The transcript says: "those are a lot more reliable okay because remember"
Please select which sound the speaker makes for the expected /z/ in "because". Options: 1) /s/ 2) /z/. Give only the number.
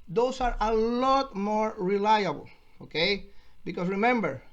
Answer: 1